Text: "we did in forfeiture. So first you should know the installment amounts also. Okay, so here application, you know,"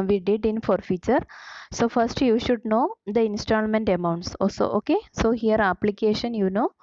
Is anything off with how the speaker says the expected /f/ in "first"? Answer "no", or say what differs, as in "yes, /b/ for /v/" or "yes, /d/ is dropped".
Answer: no